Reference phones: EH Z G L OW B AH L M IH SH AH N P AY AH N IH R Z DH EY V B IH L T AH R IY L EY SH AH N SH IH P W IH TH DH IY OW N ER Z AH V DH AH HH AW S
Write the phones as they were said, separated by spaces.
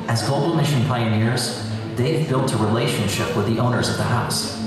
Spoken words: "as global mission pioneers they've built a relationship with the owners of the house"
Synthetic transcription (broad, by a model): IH Z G OW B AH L M IH SH AH N P AY AH N IH R Z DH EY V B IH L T AH R IY L EY SH AH N SH IH P W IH DH IY OW N ER Z AH V DH AH HH AW S